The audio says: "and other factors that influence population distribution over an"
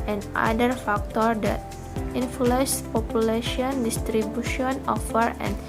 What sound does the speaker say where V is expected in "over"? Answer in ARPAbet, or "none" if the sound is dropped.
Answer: F